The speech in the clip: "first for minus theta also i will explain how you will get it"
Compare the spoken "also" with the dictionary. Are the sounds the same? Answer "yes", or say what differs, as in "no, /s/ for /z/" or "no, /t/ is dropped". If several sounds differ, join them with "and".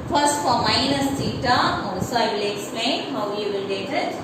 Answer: no, /l/ is dropped